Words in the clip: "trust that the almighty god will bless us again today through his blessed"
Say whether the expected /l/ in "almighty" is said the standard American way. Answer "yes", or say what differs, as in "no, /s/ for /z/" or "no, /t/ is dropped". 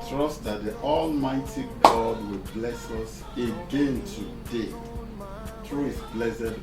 yes